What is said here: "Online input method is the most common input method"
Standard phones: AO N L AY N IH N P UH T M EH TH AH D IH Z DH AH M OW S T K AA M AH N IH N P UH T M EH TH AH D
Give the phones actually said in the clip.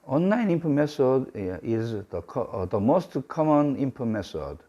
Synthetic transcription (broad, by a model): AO N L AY N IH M P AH M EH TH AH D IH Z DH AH M OW S T K AA M AH N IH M P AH M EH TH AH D